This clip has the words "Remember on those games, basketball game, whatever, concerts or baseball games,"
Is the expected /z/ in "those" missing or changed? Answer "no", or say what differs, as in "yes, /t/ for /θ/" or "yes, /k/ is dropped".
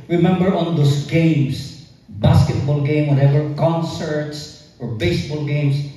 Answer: yes, /s/ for /z/